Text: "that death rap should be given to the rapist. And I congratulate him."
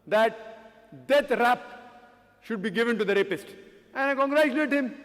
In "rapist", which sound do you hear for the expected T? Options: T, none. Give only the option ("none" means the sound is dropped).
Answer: T